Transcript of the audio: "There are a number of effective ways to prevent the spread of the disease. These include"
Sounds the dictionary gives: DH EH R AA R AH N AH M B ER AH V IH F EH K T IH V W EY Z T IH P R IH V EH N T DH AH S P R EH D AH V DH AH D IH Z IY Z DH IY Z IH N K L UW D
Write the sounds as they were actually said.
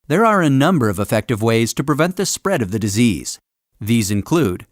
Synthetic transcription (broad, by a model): DH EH R AA R AH N AH M B ER AH V IH F EH K T IH V W EY Z T IH P R IH V EH N T DH AH S P R EH D AH V DH AH D IH Z IY Z DH IY Z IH N K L UW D